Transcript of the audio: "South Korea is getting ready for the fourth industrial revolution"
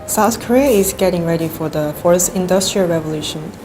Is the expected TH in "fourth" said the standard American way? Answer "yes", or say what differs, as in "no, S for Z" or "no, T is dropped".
no, S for TH